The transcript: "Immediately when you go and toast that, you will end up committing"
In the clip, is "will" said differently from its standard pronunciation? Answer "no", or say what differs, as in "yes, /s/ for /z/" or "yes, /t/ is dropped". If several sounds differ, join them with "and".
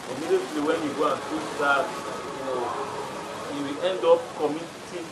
yes, /w/ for /l/